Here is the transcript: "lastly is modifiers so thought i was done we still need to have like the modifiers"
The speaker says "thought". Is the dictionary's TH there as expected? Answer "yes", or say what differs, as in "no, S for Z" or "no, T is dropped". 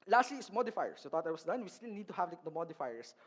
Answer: no, T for TH